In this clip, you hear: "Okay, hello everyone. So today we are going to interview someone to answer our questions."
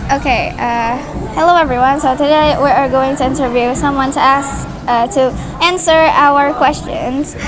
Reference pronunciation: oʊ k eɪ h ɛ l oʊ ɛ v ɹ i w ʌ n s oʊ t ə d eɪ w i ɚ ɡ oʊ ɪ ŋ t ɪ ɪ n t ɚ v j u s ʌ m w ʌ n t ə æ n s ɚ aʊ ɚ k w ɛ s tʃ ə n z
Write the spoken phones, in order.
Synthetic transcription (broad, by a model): oʊ k eɪ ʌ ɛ l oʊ ɛ v ɹ i w ʌ n s oʊ t ə d eɪ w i ɚ ɡ oʊ ɪ ŋ t ɪ ɪ n t ɚ v j u s ʌ m w ʌ n t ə æ n s ɚ aʊ ɚ k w ɛ s tʃ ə n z